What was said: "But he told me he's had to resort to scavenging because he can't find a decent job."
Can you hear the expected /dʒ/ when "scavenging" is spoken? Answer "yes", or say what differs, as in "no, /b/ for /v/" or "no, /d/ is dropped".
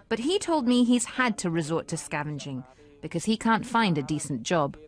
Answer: yes